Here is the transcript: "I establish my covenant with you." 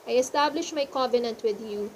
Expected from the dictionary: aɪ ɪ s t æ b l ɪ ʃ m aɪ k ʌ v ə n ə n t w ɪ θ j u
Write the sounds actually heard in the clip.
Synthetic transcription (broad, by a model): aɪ ɪ s t æ b l ɪ ʃ m aɪ k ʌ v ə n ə n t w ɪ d j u